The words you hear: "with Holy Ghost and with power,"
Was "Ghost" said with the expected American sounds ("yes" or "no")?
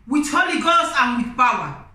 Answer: no